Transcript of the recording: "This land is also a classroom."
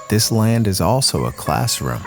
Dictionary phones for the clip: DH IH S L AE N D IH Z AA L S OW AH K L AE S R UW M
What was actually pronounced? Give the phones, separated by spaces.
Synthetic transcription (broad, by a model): DH IH S L AE N D IH Z AA L S OW AH K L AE S R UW M